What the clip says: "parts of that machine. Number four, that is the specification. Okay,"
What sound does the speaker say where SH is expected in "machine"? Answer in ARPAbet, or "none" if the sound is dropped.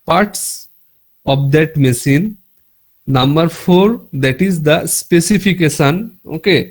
S